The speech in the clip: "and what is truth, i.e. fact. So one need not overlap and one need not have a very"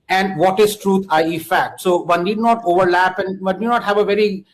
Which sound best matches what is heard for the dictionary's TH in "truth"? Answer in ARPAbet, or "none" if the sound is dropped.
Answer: T